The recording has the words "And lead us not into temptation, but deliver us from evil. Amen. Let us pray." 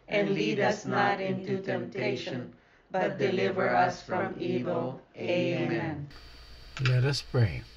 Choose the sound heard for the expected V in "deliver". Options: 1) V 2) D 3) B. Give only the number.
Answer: 1